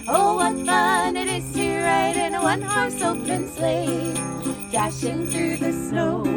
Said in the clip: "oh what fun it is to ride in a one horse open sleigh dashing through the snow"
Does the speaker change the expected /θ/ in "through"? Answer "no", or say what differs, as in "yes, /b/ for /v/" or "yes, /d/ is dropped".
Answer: no